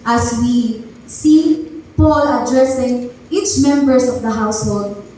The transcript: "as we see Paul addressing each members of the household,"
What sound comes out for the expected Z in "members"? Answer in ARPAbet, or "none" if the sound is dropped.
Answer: S